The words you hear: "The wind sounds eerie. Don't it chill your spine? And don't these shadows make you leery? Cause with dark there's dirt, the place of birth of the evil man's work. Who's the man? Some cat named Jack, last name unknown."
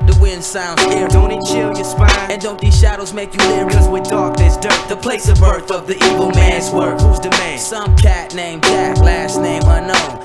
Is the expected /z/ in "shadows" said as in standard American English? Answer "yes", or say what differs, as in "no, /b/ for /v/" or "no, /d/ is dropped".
yes